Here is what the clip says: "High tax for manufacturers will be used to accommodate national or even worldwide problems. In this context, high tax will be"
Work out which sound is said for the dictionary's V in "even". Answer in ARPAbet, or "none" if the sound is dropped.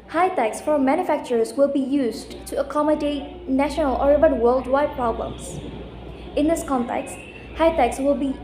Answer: B